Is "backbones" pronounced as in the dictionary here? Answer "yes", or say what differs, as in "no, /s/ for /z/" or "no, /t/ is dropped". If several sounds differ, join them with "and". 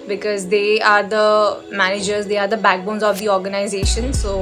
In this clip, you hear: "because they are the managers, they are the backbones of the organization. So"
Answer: yes